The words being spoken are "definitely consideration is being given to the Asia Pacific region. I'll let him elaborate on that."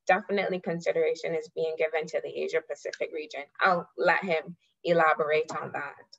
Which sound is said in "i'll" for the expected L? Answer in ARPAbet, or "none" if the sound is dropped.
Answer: L